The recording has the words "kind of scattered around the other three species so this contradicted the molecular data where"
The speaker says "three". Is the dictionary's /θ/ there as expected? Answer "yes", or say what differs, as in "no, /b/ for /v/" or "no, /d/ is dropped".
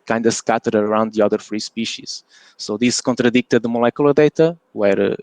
no, /f/ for /θ/